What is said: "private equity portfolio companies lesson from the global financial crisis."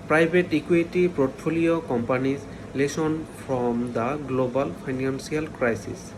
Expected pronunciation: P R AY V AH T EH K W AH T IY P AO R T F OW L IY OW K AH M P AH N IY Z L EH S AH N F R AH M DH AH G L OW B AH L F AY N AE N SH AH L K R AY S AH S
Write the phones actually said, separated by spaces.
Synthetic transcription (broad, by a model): P R AY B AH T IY K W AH T IY P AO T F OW L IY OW K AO M P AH N IY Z L EH S AH N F R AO M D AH G L OW B AH L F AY N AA N S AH L K R AY S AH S